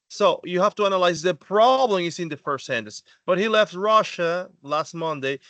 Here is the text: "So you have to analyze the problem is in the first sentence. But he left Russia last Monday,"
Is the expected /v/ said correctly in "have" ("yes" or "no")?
no